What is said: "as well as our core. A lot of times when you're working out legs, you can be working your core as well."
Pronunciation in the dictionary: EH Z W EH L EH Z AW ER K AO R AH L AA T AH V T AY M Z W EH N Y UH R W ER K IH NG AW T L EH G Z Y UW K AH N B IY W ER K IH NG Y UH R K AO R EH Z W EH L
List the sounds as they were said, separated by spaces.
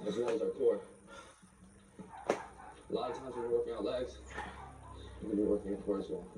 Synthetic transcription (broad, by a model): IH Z W EH L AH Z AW K AO R AH L AA T AH V T AY M Z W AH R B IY W ER K IH NG AW T L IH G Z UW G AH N B IY W ER K IH NG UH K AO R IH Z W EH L